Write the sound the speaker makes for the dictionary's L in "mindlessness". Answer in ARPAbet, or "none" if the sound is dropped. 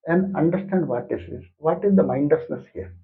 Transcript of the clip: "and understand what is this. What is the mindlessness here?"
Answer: none